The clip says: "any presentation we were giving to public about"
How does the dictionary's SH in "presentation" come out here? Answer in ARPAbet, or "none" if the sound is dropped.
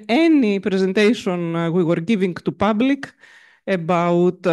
S